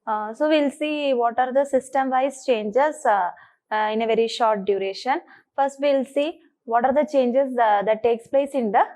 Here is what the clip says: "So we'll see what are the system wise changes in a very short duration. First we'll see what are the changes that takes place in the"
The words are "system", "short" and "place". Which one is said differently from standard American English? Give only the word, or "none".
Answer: none